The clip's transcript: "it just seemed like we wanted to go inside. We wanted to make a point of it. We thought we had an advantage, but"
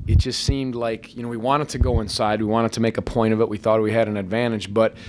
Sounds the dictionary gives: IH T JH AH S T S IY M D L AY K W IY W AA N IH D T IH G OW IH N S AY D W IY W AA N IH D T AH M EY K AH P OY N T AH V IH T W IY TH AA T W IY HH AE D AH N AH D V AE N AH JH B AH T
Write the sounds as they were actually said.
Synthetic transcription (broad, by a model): IH T JH AH S T S IY M D L AY K W IY W AA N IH D T IH G OW IH N S AY D W IY W AA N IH D T AH M EY K AH P OY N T AH V IH T W IY TH AA T W IY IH D AH N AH D V AE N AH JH B AH T